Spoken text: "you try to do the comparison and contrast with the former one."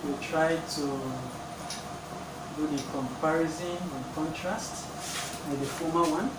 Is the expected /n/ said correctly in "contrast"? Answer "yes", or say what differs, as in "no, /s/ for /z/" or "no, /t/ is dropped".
yes